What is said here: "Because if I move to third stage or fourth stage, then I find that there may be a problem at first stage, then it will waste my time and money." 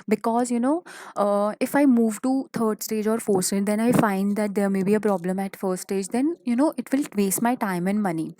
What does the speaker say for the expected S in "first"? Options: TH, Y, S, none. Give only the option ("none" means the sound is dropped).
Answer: none